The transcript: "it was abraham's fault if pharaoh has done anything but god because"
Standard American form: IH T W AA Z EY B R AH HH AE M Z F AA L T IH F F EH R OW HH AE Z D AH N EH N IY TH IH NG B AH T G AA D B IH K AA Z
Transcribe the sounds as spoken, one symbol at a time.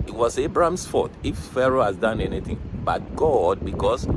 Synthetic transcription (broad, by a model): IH T W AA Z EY B R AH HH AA M S F AA T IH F F EH R OW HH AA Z D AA N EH N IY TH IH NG B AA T G AA D B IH K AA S